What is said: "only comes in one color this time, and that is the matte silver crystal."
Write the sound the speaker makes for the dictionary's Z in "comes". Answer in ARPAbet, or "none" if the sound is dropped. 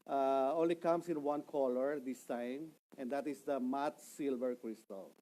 S